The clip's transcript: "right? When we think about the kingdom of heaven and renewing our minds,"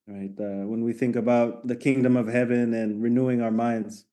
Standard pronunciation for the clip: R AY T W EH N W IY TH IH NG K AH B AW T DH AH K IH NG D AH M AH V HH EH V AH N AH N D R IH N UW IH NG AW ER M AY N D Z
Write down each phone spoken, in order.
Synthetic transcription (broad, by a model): R AY T W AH N W IY TH IH NG K AH B AW T DH AH K IH NG D AH M AH V HH EH V AH N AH N R IH N UW IH NG AW ER M AY N D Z